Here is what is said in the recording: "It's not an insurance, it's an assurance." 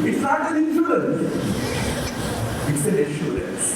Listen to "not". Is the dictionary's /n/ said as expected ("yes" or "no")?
no